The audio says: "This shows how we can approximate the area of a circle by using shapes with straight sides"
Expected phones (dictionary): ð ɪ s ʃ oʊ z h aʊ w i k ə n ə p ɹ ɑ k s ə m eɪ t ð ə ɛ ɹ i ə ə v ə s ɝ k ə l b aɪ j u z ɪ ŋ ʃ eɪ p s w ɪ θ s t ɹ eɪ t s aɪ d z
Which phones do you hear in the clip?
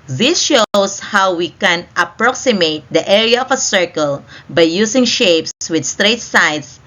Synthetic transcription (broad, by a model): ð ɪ s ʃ oʊ s h aʊ w i k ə n ə p ɹ ɑ k s ə m eɪ t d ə ɛ ɹ i ə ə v ə s ɝ k ə l b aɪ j u s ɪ ŋ ʃ eɪ p s w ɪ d s t ɹ eɪ t s aɪ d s